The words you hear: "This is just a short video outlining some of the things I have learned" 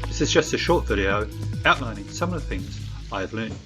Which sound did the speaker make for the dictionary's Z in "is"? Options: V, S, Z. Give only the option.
Z